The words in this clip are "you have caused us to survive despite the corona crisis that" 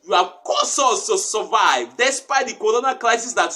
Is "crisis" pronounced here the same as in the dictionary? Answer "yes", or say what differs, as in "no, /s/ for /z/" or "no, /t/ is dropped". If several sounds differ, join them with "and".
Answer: no, /l/ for /ɹ/